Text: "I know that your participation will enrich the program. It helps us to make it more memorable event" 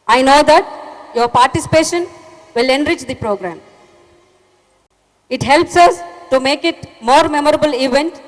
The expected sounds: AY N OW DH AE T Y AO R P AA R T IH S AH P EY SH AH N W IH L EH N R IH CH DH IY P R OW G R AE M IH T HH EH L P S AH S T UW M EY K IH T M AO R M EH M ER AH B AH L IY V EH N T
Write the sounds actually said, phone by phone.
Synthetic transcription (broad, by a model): AY N OW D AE T Y AO R P AA R T IH S AH P EY SH AH N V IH L EH N R IH CH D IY P R OW G R AE M IH T HH EH L P S AH S T UW M EY K IH T M AO R M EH M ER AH B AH L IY V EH N T